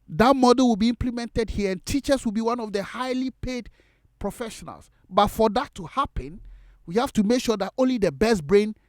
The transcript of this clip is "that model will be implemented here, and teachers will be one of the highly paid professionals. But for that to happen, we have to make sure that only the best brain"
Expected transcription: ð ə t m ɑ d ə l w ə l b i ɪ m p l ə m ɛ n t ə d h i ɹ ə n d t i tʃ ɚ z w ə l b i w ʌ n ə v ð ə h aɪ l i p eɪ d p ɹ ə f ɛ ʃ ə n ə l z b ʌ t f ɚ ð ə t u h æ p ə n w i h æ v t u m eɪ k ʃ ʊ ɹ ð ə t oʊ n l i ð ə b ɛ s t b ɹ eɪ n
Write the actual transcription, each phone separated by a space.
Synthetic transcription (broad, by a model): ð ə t m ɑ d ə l w ə l b i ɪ m p l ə m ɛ n t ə d h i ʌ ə n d t i tʃ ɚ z w ə l b i w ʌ n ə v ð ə h aɪ l i p eɪ d p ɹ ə f ɛ ʃ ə n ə l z b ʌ t f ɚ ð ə t u h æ p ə n w i h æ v t u m eɪ k ʃ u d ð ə t oʊ n l i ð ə b ɛ s t b ɹ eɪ n